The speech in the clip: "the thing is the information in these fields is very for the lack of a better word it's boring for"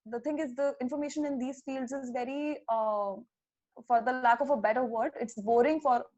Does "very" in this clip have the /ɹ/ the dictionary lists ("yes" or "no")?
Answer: yes